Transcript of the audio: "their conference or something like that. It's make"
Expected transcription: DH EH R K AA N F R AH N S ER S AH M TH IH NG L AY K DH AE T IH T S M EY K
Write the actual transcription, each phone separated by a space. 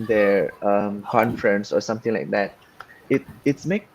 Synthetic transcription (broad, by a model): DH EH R K AA N F R AH N S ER S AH M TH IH NG L AY K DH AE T IH T S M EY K